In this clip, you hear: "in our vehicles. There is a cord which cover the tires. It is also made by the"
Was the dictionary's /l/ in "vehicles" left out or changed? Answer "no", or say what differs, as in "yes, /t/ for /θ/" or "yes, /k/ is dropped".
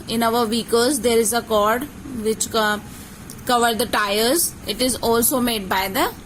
yes, /l/ is dropped